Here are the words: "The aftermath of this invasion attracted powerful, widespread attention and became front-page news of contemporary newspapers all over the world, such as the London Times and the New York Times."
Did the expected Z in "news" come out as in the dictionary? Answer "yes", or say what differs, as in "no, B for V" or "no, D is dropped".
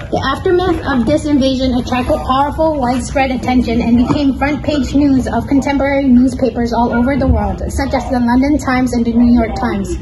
yes